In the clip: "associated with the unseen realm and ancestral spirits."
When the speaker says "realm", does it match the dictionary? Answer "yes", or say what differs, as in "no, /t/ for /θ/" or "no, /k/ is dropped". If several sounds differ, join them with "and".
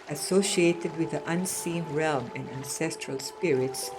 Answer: yes